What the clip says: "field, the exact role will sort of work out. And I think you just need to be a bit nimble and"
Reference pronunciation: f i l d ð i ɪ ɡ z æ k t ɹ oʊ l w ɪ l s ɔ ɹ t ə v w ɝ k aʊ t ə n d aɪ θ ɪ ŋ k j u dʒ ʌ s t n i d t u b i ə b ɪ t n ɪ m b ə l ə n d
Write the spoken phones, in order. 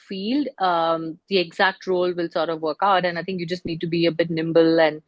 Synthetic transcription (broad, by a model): f i l d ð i ɪ ɡ z æ k t ɹ oʊ l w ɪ l s ɔ ɹ t ə v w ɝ k aʊ t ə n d aɪ t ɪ ŋ k j u dʒ ʌ s t n i d t u b i ə b ɪ t n ɪ m b ə l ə n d